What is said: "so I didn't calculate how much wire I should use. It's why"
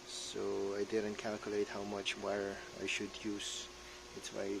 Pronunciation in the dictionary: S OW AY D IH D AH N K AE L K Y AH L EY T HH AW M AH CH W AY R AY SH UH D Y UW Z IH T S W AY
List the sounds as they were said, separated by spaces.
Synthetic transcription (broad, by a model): S OW AY D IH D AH N K AE L K Y AH L EY T HH AW M AH CH W AY R AY SH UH D Y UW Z IH T S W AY